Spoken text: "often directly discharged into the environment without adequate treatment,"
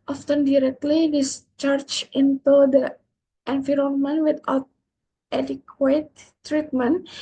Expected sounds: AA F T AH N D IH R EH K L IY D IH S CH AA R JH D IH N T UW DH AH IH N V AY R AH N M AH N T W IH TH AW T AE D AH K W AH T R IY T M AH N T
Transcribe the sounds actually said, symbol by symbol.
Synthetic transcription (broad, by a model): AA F T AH N D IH R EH K L IY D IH S CH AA R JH IH N T UW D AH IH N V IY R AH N M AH N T W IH T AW T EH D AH K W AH T R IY T M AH N